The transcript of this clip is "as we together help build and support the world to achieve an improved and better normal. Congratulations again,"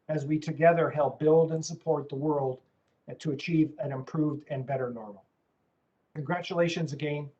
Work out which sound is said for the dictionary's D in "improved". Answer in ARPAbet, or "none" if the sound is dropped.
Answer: D